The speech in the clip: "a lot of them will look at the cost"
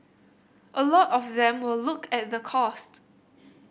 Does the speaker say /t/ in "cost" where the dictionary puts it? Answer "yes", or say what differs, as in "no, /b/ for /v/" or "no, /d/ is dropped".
yes